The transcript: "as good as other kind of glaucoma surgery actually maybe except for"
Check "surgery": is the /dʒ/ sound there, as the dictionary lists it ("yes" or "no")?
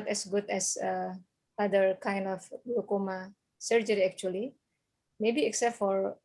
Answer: yes